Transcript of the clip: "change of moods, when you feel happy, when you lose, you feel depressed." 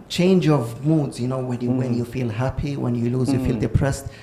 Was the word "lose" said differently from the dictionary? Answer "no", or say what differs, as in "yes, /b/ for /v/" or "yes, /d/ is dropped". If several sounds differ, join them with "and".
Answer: no